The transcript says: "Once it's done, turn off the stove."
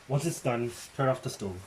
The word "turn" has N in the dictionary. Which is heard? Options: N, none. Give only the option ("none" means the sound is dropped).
none